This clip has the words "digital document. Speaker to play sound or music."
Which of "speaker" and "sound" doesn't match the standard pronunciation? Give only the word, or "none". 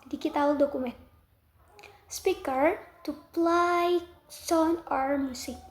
sound